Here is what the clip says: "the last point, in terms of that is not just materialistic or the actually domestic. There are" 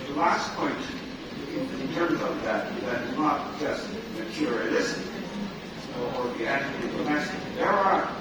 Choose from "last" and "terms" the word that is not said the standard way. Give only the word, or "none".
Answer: none